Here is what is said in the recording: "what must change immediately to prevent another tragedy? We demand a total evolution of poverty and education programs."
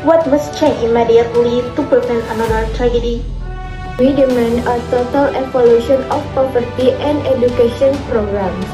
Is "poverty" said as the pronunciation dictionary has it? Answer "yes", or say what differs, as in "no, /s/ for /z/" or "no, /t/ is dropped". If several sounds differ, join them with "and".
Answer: no, /p/ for /v/